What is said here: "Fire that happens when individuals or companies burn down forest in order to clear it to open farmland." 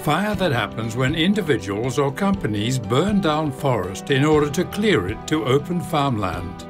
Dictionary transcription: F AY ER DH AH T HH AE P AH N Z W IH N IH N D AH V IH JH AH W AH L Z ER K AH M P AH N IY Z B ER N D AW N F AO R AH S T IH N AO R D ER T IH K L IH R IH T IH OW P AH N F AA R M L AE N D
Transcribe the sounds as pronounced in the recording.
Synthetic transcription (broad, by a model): F AY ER DH AH T HH AE P AH N Z W IH N IH N D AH V IH JH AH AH L Z ER K AH M P AH N IY Z B ER N D AW N F AO R AH S T IH N AO R D ER T IH K L IH R IH T IH OW P AH N F AA R M L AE N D